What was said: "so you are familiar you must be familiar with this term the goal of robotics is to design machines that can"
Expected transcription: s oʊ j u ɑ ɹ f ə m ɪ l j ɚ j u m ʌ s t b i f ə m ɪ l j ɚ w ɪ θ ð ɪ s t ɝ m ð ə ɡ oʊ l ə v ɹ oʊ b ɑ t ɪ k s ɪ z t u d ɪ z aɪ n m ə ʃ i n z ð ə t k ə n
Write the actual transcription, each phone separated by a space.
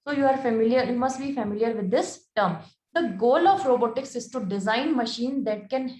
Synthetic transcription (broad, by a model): s oʊ j u ɑ ɹ f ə m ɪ l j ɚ j u m ʌ s t b i f ə m ɪ l j ɚ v ɪ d ɪ s t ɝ m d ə ɡ oʊ l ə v ɹ oʊ b ɑ t ɪ k s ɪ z t u d ɪ z aɪ n m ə ʃ i n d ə t k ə n